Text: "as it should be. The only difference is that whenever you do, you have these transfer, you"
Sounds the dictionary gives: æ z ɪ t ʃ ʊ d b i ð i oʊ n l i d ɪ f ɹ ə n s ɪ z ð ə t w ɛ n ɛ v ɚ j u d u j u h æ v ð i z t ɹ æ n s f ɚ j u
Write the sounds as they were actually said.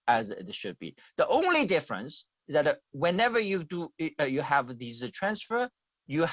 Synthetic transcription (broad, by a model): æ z ɪ t ʃ ʊ d b i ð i oʊ n l i d ɪ f ɹ ə n s ɪ z ð ə t w ɛ n ɛ v ɚ j u d u j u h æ v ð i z t ɹ æ n s f ɚ j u